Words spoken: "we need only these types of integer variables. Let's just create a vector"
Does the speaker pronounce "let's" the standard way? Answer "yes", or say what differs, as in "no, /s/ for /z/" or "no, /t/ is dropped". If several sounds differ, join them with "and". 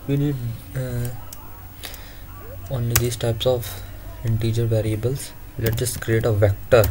no, /s/ is dropped